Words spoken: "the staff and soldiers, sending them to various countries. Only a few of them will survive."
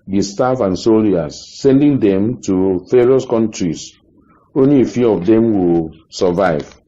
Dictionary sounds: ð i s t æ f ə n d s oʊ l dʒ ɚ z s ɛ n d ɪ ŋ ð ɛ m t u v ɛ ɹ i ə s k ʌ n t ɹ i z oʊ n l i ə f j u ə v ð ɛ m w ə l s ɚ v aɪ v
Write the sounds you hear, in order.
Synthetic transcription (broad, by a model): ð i s t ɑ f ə n s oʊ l i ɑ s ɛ n d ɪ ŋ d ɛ m t u f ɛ ɹ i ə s k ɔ n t ɹ i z oʊ n l i ə f j u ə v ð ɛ m w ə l s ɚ v aɪ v